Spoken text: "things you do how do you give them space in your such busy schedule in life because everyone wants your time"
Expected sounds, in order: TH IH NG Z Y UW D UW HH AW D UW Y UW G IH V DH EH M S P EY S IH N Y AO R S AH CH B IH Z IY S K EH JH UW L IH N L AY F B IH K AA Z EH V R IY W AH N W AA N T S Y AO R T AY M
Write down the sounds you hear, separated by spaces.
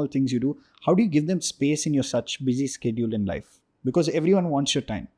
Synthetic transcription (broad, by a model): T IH NG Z Y UW D UW HH AW D UW Y UW G IH V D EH M S P EY S IH N Y AO R S AH CH B IH Z IY S K EH JH UW L IH N L AY F B IH K AA Z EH V R IY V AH N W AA N T S Y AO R T AY M